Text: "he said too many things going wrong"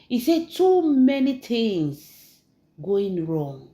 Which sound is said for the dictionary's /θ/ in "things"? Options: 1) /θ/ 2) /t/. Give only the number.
2